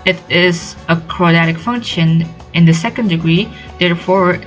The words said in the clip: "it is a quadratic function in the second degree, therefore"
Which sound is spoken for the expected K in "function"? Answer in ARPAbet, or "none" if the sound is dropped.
K